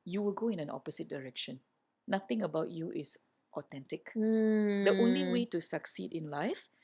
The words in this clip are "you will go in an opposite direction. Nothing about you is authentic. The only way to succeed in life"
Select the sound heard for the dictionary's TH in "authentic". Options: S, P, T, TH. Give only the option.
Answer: T